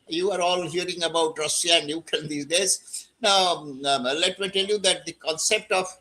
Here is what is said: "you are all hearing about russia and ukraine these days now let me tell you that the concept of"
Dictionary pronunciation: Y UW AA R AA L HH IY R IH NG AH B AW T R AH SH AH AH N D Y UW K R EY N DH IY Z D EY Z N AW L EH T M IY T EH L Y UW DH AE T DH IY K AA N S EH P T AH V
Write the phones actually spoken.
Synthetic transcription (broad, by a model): Y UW AA R AA L HH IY R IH NG AH B AW T R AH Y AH AH N D Y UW K EY N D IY D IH S N AW L EH T M IY T EH L Y UW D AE T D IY K AA N S EH P T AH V